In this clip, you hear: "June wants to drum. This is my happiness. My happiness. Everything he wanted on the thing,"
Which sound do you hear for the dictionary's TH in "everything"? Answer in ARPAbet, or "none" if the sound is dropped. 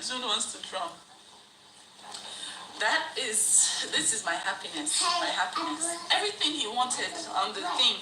TH